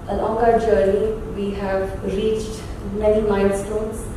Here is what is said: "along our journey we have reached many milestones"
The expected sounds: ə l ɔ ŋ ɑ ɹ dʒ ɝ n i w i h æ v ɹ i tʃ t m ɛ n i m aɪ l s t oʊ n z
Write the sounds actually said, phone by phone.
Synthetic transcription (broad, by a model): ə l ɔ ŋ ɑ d dʒ ɝ n i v i h æ v ɹ i tʃ t m ɛ n i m aɪ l s t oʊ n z